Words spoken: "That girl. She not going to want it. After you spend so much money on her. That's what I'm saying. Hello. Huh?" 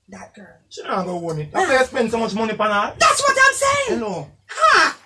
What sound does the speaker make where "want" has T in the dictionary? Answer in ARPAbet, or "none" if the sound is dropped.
none